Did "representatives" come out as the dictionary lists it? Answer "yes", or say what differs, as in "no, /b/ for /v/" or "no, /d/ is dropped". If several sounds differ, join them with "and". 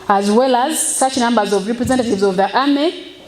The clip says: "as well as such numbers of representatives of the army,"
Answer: yes